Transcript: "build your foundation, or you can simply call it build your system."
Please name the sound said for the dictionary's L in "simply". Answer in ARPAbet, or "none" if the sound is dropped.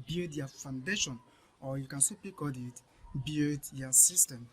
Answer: none